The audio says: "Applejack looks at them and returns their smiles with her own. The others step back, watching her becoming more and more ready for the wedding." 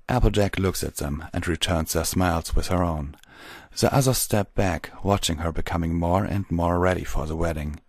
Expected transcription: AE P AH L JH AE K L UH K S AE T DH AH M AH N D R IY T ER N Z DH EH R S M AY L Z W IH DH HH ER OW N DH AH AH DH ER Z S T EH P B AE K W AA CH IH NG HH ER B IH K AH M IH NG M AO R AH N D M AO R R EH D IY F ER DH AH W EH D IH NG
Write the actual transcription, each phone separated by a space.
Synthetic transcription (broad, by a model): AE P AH L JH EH K L UH K S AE T DH AH M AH N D R IY T ER N Z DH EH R S M AY L Z W IH DH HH ER OW N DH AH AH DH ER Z S T EH P B AE K W AA CH IH NG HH ER B IH K AH M IH NG M AO R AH N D M AO R R EH D IY F ER DH AH W EH D IH NG